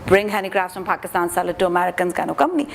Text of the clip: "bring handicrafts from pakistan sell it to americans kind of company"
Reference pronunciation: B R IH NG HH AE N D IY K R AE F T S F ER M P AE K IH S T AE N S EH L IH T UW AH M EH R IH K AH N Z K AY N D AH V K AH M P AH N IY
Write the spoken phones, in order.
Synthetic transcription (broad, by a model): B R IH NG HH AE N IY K R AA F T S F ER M P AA K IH S T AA N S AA L IH T UW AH M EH R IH K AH N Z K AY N AH K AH M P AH N IY